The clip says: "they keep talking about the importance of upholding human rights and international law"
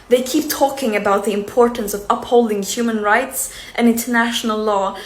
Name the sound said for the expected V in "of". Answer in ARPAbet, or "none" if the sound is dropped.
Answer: V